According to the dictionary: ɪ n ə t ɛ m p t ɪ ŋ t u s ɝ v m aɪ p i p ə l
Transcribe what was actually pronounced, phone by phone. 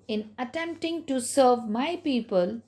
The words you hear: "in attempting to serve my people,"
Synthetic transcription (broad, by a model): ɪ n ə t ɛ m p t ɪ ŋ t u s ɝ v m aɪ p i p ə l